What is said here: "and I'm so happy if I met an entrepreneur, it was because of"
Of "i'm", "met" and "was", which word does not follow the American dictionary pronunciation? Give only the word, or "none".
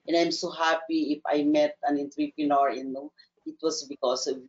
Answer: was